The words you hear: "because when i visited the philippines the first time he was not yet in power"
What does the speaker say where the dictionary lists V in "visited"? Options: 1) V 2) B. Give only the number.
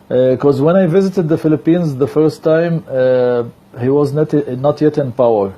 1